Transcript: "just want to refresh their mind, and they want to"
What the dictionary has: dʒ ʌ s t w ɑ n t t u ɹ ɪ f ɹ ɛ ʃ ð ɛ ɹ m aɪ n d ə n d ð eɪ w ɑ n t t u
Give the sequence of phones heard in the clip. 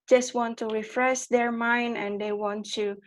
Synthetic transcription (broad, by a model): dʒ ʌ s t w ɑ n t t u ɹ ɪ f ɹ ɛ s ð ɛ ɹ m aɪ n d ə n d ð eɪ w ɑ n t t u